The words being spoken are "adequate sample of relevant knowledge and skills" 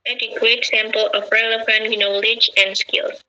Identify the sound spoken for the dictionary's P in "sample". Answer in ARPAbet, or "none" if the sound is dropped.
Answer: P